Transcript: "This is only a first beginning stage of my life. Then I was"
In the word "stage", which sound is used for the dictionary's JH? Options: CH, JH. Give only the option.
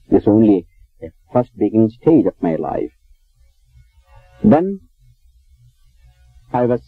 JH